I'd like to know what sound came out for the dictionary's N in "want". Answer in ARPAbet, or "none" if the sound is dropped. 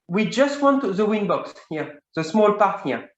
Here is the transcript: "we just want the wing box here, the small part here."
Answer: N